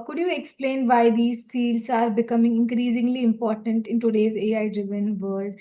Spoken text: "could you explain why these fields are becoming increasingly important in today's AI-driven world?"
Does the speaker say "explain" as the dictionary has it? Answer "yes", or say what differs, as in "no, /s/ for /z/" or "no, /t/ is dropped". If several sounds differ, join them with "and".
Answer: yes